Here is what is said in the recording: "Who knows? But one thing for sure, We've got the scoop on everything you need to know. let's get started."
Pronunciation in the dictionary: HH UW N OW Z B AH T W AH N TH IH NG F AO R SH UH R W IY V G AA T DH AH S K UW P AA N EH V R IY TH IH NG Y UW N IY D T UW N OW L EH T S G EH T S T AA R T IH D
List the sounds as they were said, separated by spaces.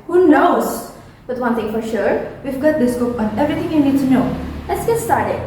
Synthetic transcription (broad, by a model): HH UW N OW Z B AH T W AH N T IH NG F AO R SH UH R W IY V G AA T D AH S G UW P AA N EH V R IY T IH NG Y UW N IY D T UW N OW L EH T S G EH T S T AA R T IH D